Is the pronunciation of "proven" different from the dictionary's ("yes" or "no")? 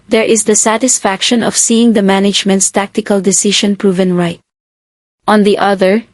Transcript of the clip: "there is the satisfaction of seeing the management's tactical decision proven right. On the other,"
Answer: no